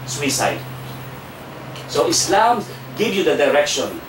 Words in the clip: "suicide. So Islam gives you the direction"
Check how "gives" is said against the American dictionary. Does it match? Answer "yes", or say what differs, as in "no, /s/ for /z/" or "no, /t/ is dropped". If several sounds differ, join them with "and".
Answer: no, /z/ is dropped